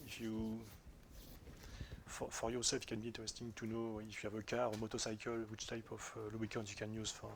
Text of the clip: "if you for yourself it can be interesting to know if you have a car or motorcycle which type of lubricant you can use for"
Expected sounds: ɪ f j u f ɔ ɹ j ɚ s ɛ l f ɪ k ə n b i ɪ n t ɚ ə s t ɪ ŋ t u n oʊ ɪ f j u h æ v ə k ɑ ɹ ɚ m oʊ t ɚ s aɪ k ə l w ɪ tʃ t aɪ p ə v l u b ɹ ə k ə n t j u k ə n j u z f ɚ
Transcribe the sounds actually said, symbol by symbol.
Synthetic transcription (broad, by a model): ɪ f j u f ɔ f j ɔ s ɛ l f k ə n b i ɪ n t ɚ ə s t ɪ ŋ t u n oʊ ɪ f j u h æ v ə k ɑ ɹ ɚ m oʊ t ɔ s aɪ k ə l w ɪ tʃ t aɪ p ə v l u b ə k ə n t j u k ə n j u z f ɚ